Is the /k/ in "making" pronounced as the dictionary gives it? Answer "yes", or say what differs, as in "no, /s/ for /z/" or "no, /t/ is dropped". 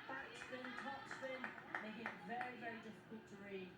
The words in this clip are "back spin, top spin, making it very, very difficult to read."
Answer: no, /k/ is dropped